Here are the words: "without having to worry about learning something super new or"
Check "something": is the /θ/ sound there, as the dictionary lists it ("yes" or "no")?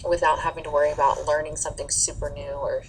yes